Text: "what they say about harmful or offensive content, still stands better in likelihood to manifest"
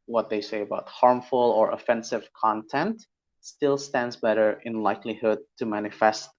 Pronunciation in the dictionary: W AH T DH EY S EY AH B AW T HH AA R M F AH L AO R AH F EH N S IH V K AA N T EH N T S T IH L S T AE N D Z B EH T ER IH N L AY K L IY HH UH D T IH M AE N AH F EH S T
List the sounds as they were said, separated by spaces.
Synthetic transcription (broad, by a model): W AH T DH EY S EY AH B AW T HH AA R M F AH L AO R AH F EH N S IH V K AA N T EH N T S T IH L S T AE N D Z B EH T ER IH N L AY K L IY HH UH D T IH M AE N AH F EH S T